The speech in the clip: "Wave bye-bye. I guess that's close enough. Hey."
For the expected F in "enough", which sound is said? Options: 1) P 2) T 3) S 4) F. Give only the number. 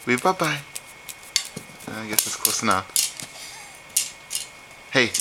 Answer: 1